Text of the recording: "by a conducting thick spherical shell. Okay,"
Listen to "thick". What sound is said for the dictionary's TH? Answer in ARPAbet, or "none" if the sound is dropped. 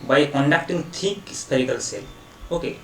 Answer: T